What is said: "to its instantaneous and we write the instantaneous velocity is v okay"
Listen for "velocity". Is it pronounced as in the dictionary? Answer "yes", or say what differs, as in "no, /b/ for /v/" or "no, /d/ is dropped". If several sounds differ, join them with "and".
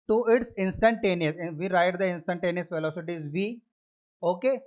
no, /f/ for /v/